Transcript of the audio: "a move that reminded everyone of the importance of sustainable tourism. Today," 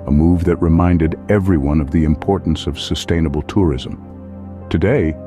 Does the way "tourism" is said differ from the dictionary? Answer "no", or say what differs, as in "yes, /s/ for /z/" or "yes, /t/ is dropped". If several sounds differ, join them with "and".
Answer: no